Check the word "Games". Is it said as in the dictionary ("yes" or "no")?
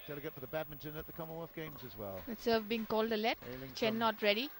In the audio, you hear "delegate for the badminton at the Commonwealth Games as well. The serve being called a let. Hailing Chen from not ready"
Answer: yes